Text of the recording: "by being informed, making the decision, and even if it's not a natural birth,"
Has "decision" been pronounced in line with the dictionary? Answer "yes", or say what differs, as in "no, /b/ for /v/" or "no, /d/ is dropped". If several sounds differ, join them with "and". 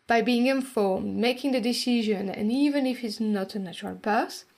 yes